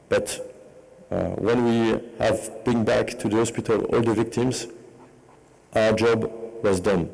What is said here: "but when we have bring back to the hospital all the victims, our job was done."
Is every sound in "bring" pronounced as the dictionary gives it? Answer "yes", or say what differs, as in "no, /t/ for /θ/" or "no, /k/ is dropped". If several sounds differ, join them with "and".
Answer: no, /ɹ/ is dropped